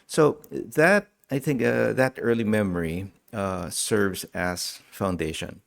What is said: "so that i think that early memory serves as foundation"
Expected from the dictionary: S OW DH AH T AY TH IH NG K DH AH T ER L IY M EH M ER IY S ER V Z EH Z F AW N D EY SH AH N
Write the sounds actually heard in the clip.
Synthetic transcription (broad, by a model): S OW DH AH T AY TH IH NG K DH AH T ER L IY M EH M ER IY S ER V Z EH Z F AW N D EY SH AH N